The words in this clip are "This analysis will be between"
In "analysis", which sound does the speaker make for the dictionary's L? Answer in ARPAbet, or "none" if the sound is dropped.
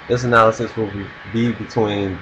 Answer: L